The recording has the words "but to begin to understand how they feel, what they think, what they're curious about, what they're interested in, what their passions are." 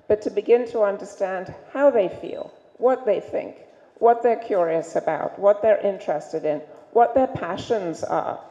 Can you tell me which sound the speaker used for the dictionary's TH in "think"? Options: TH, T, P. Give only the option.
TH